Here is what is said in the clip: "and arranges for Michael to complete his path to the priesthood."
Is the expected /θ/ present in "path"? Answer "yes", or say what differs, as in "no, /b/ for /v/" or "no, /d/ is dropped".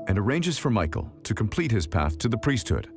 yes